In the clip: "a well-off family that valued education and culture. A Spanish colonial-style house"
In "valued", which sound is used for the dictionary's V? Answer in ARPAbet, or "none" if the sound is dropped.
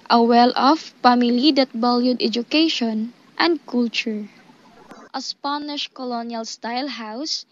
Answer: B